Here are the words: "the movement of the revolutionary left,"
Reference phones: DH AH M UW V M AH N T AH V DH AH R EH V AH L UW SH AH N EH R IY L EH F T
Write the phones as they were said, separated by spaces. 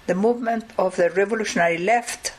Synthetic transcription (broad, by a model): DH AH M UW V M AH N T AH V DH AH R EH V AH L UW SH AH N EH R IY L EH F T